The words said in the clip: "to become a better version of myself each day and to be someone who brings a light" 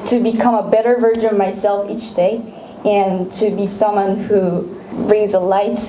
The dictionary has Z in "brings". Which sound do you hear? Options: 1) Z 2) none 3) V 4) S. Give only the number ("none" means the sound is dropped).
1